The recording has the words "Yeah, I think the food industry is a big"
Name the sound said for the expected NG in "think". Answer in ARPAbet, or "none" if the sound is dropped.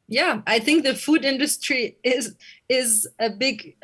NG